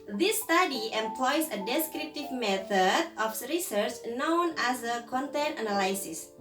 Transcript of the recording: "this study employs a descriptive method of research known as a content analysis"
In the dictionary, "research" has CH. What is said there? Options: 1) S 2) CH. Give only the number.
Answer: 2